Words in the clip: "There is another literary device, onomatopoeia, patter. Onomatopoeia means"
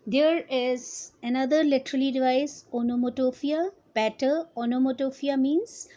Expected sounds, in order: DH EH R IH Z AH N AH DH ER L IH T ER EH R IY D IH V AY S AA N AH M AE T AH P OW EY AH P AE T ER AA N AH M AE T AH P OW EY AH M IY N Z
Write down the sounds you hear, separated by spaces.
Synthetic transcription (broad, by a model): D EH R IH Z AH N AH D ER L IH T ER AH L IY D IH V AY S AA N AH M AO T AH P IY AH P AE T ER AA N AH M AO T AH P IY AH M IY N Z